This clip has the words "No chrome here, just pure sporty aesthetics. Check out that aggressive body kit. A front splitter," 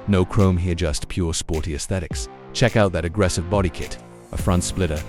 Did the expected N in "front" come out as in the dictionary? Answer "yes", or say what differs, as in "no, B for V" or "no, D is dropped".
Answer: yes